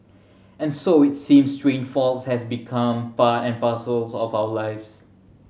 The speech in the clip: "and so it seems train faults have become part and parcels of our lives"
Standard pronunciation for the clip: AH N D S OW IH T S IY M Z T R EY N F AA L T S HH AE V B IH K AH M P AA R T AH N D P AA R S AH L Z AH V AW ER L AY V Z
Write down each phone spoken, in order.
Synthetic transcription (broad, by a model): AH N S OW IH T S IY M S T R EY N F AA L T S HH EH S B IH K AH M P AA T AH N P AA S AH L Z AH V AW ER L AY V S